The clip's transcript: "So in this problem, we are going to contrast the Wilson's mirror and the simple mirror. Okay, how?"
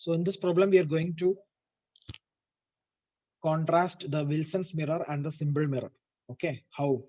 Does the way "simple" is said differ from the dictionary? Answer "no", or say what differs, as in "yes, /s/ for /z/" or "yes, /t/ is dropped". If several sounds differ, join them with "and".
yes, /b/ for /p/